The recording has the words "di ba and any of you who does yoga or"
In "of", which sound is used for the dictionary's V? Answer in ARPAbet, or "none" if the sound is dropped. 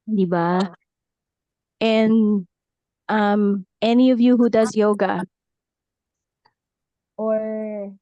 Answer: V